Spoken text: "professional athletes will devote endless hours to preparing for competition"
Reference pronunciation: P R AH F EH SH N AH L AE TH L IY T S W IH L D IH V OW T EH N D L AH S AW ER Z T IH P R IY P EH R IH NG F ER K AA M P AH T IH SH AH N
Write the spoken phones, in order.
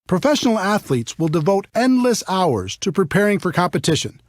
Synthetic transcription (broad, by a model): P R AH F EH SH N L AE TH L IY T S W IH L D IH V OW T EH N D L AH S AW ER Z T IH P R IY P EH R IH NG F ER K AA M P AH T IH SH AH N